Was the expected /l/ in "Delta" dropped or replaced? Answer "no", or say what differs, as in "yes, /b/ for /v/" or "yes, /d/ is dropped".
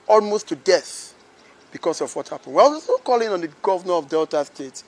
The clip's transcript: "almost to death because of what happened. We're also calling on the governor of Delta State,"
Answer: no